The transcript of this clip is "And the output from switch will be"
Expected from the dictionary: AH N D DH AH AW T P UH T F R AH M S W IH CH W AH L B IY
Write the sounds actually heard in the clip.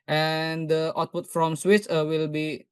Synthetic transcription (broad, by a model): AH N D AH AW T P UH T F R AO M S W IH S W AH L B IY